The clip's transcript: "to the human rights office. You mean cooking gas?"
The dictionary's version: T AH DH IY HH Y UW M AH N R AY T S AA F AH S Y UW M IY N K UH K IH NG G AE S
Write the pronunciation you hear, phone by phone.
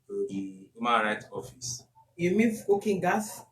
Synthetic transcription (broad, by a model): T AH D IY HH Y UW M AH N R AY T AA F AH S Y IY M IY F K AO K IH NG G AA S